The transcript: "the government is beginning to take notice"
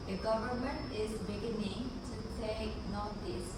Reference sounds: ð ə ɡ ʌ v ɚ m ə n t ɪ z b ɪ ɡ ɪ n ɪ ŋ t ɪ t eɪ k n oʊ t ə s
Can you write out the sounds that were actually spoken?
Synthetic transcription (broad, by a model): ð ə ɡ ʌ v ɚ m ə n t ɪ z b ɪ ɡ ɪ n ɪ ŋ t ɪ s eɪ n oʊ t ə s